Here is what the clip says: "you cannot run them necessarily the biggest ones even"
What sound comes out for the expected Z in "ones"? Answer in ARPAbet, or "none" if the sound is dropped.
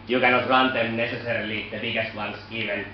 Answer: S